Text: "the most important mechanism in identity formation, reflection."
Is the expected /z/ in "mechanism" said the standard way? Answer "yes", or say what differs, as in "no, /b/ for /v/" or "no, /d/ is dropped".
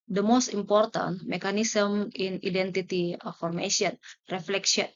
no, /s/ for /z/